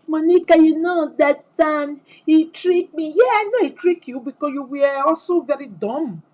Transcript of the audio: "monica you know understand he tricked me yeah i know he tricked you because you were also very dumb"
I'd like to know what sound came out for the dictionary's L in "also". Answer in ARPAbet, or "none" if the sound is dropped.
none